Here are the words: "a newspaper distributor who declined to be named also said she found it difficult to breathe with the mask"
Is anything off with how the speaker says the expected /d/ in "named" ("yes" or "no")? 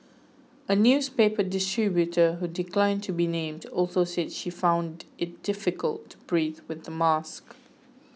no